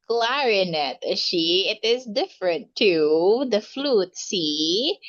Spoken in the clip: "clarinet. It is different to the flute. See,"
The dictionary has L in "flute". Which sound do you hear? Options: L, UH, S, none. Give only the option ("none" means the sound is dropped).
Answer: L